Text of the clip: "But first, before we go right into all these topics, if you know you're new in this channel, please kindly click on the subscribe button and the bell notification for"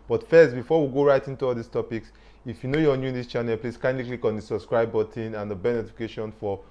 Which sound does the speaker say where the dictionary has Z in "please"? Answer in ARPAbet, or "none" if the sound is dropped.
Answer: S